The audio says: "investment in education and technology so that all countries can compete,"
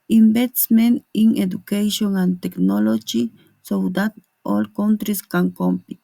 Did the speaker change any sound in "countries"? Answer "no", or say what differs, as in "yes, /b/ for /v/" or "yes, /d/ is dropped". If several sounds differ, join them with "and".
yes, /s/ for /z/